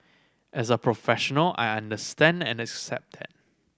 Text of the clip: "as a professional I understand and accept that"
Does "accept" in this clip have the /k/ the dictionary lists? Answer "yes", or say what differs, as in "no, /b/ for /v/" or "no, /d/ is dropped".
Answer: yes